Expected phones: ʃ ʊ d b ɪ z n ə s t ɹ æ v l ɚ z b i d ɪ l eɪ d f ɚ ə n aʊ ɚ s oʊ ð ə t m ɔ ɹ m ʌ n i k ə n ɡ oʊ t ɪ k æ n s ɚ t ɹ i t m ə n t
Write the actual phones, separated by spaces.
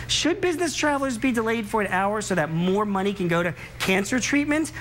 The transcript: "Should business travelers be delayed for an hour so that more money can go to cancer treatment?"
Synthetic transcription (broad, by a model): ʃ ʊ d b ɪ z n ə s t ɹ æ v l ɚ z b i d ɪ l eɪ d f ɚ ə n aʊ ɚ s oʊ ð ə t m ɔ ɹ m ʌ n i k ə n ɡ oʊ t ɪ k æ n s ɚ t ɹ i t m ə n t